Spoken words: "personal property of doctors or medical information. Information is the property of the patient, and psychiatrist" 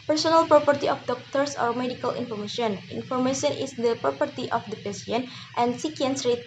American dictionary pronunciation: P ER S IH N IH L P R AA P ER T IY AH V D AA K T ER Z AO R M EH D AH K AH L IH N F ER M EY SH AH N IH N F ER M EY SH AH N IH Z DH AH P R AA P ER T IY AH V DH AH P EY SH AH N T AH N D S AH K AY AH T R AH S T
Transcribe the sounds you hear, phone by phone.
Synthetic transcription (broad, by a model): P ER S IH N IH L P R AA P ER T IY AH F D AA K T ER S AO R M EH D AH K AH L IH N F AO M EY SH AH N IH N F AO M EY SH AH N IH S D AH P R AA P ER T IY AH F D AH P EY S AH N T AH N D S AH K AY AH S R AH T